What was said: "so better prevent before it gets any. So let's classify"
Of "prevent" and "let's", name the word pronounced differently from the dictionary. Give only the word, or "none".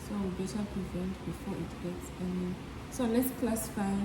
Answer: none